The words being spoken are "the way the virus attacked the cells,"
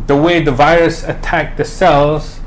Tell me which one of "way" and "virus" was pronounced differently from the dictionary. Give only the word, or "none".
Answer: none